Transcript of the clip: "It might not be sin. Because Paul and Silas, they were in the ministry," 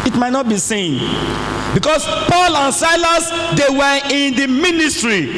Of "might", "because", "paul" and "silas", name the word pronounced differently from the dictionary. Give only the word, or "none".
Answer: because